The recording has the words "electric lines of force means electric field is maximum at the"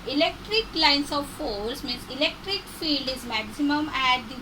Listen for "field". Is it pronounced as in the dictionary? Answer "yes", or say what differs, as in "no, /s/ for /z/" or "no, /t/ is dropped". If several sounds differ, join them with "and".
yes